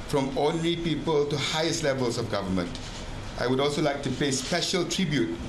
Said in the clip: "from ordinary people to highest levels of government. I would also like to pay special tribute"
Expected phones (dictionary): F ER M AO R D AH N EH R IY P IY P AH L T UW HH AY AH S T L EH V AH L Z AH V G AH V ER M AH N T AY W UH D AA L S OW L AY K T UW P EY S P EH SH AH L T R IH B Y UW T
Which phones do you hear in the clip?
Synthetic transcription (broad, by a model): F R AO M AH N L IY P IY P AH L T UW HH AY AH S T L EH V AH L S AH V G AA V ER M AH N T AY W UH D AA L S OW L AY K T UW P EY S P EH SH AH L T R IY B Y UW T